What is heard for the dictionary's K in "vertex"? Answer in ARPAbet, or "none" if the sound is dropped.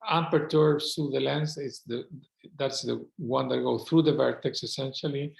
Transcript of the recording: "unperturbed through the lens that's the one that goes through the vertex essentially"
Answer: K